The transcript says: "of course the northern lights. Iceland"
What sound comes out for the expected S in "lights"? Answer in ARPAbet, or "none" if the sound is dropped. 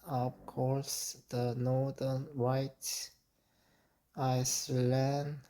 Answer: none